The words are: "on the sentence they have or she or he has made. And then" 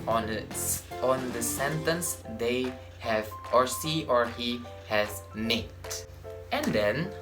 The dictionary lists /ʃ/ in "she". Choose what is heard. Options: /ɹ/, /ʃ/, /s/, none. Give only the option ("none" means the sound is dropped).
/s/